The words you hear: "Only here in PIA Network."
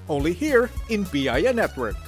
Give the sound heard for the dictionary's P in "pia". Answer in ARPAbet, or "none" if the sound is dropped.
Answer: B